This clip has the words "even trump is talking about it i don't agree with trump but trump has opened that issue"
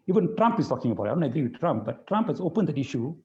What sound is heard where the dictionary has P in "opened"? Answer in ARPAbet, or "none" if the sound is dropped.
P